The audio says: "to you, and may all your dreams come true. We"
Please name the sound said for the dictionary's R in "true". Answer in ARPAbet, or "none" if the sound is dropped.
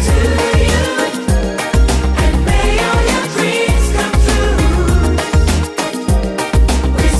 none